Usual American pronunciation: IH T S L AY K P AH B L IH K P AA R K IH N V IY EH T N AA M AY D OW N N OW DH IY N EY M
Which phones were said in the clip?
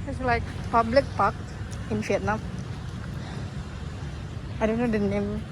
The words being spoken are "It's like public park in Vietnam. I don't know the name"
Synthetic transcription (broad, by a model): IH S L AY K P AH B L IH K P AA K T IH N F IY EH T N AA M AY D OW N N OW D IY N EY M